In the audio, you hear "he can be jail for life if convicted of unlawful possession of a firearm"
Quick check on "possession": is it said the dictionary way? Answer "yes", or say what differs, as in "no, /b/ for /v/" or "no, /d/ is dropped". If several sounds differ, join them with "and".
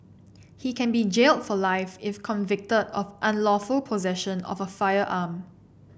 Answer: yes